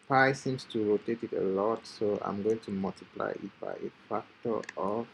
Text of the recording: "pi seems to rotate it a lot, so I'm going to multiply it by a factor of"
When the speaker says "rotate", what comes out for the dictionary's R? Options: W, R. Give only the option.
R